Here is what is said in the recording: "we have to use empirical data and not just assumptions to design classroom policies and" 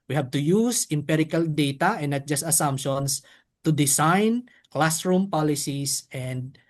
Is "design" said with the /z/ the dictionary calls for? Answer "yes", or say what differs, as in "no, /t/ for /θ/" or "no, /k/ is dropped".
no, /s/ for /z/